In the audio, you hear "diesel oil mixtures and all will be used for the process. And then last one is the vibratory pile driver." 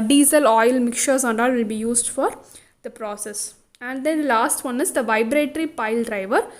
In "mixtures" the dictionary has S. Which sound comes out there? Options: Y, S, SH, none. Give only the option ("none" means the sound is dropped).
none